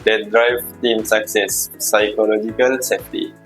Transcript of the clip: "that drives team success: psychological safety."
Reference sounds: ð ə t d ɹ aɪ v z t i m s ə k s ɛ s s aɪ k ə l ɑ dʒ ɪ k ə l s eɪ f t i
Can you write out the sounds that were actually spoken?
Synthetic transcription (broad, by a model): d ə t d ɹ aɪ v t i m s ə k s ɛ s s aɪ k ə l ɑ dʒ ɪ k ə l s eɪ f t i